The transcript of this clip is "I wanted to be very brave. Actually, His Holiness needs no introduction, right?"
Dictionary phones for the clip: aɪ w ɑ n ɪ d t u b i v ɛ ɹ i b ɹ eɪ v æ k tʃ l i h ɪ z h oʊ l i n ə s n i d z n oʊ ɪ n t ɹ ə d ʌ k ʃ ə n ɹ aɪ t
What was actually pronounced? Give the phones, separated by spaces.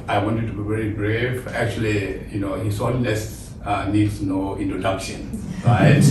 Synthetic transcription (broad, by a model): aɪ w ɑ n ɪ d t u b i v ɛ ɹ i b ɹ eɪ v æ k tʃ l i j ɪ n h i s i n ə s n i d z n oʊ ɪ n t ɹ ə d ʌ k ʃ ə n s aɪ